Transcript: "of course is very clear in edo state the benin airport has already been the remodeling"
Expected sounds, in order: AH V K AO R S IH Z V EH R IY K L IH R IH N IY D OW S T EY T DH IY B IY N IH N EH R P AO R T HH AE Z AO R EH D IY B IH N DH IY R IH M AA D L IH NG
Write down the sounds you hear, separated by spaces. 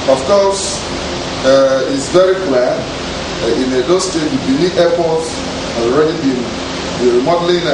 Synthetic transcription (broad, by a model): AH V K AO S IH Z V EH R IY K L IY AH IH N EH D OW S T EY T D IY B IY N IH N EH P AO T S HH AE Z AO R EH D IY B IH N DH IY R M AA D L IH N